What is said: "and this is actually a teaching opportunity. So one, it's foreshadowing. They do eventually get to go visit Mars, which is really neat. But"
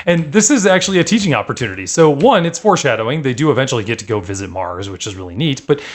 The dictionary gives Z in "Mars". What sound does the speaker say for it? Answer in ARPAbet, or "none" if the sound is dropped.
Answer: Z